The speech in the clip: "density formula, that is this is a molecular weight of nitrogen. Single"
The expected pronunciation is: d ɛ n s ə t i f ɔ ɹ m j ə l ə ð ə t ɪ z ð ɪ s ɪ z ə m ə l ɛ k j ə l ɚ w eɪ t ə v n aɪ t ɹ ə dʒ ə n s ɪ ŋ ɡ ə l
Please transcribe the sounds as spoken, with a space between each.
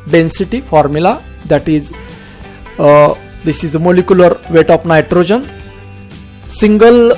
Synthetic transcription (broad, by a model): d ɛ n s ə t i f ɔ ɹ m j ə l ə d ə t ɪ z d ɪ s ɪ z ə m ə l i k j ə l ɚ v eɪ t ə p n aɪ t ɹ ə dʒ ə n s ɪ ŋ ɡ ə l